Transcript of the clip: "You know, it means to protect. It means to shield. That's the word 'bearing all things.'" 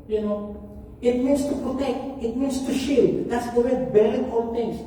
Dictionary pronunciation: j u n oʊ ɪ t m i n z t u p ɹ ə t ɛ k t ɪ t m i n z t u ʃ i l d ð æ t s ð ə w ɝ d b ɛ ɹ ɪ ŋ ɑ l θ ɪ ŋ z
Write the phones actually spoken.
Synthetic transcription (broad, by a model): j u n oʊ ɪ t m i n s t u p ɹ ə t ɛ k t ɪ t m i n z t u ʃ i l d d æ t s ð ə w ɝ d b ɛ l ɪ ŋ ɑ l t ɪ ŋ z